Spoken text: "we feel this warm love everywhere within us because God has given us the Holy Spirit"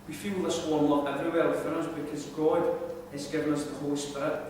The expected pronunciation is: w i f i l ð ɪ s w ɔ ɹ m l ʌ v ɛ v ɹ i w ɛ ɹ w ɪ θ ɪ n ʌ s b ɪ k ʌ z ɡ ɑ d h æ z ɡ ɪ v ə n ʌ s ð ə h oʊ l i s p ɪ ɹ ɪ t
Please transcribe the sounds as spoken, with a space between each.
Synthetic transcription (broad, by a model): w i f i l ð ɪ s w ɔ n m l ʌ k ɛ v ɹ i w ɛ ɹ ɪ f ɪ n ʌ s b ɪ k ʌ z ɡ ɑ d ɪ z ɡ ɪ v ə n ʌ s ð ə h oʊ l i s p ɪ ɹ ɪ t